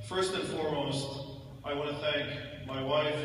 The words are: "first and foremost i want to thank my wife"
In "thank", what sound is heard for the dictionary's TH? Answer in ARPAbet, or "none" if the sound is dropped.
TH